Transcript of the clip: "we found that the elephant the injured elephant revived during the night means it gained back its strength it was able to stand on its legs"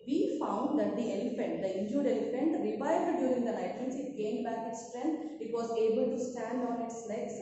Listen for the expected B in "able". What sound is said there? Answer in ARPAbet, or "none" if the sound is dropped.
B